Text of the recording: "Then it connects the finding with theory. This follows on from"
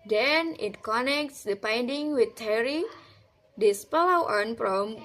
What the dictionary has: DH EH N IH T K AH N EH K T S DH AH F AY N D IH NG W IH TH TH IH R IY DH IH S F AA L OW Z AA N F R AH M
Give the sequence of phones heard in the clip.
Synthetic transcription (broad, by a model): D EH N IH T K AH N EH K T S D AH P AY N D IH NG W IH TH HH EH R IY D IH S P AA L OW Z AA N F R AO M